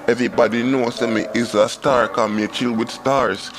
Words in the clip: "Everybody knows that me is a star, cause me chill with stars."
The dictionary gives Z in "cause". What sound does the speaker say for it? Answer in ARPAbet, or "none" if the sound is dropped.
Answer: none